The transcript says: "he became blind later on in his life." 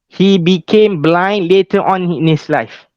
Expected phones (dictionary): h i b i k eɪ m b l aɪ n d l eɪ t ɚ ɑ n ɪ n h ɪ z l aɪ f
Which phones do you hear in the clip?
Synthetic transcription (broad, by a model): h i b i k eɪ m b l aɪ n d l eɪ t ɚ ɑ n ɪ n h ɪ s l aɪ f